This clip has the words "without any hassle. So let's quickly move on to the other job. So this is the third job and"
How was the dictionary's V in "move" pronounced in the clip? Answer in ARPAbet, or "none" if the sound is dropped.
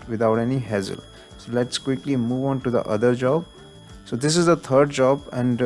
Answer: V